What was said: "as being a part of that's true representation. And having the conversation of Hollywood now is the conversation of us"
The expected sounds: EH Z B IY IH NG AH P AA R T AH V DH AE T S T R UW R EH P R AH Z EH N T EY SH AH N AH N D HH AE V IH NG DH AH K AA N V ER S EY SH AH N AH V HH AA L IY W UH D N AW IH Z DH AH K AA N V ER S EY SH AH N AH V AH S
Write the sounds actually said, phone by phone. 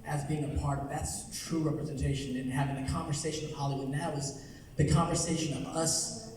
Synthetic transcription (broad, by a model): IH Z B IY IH NG AH P AA R T AH V DH AE T S T R UW R EH P R AH Z EH N T EY SH AH N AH N HH AE V IH NG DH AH K AA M V ER S EY SH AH N AH V HH AA L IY W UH D N AW IH Z DH AH K AA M V ER S EY SH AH N AH V AH S